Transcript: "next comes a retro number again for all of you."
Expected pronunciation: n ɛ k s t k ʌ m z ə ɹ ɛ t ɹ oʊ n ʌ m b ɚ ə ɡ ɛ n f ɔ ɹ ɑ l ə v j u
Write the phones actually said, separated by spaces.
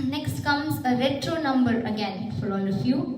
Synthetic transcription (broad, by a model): n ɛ k s t k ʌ m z ə ɹ ɛ t ɹ oʊ n ʌ m b ɚ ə ɡ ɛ n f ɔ l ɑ n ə f j u